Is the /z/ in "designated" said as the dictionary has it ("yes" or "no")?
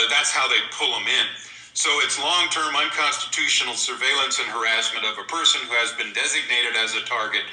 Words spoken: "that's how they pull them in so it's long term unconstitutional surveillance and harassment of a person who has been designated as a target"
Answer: yes